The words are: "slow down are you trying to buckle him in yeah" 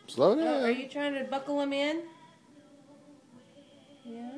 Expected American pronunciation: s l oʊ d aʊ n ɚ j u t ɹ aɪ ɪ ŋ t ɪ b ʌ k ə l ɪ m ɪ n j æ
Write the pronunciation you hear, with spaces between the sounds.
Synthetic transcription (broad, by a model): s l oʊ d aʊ ɚ j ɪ t ɹ aɪ ɪ ŋ t ɪ b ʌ k l ɪ m ɪ n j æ